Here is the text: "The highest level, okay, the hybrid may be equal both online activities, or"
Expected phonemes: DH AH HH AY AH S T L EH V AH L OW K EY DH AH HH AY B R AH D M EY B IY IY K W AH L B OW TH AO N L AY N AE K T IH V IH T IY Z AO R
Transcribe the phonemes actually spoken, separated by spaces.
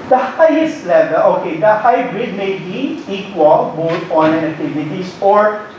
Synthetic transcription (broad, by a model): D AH HH AY AH S T L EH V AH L OW K EY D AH HH AY B R AH D M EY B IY IY K W AH L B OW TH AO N AY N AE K T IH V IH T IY S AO R